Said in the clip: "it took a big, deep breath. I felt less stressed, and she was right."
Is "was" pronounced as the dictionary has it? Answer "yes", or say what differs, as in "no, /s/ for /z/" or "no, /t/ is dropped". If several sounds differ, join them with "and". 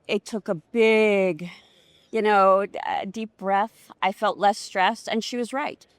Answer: yes